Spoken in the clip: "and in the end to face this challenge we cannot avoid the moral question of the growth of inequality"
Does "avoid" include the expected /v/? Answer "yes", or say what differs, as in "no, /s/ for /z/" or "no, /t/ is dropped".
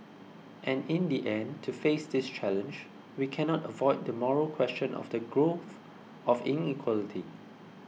yes